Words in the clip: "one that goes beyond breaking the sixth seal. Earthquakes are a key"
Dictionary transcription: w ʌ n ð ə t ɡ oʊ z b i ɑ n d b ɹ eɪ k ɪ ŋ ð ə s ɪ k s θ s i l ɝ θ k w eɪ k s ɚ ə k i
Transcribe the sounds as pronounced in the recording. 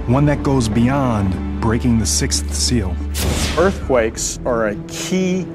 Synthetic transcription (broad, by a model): w ʌ n ð ə t ɡ oʊ z b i ɑ n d b ɹ eɪ k ɪ ŋ ð ə s ɪ k s θ s i l ɝ θ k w eɪ k s ɚ ə k i